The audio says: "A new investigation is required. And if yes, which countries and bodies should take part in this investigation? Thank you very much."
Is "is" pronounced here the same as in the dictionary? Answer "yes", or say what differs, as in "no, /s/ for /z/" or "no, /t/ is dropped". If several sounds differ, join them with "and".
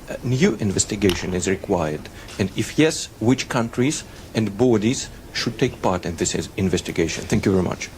yes